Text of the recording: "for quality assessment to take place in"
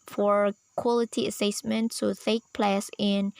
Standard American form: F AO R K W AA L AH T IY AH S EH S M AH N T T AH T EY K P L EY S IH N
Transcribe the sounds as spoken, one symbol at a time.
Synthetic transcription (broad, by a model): F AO R K W AA L AH T IY AH S EH S M AH N T S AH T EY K P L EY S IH N